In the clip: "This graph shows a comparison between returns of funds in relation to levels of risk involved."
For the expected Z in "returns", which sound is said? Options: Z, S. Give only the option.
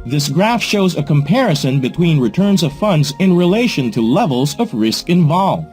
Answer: Z